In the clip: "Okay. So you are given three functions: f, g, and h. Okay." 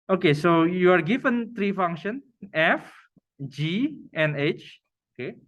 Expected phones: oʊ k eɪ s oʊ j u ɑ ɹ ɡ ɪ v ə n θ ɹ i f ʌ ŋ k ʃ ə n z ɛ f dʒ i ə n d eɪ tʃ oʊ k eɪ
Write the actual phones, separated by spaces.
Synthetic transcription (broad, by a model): oʊ k eɪ s oʊ j u ɑ ɹ ɡ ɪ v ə n t ɹ i f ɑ ŋ k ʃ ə n ɛ f dʒ i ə n eɪ tʃ oʊ k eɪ